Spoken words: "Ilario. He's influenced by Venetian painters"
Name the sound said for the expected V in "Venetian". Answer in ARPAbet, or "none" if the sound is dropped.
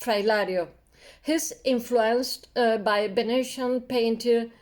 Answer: B